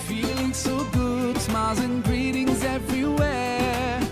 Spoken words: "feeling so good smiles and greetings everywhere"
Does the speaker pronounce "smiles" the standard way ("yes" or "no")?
no